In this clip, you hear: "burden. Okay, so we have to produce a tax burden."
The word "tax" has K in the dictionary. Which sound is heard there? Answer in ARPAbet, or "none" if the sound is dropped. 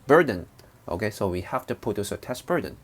none